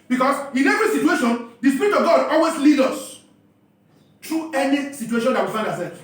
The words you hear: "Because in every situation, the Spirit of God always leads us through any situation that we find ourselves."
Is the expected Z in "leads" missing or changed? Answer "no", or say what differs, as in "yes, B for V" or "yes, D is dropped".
yes, Z is dropped